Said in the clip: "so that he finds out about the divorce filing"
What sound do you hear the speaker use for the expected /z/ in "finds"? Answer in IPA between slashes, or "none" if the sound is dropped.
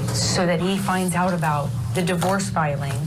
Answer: /z/